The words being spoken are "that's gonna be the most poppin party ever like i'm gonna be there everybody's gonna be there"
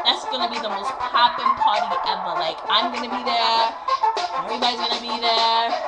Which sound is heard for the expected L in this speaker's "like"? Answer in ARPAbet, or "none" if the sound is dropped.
L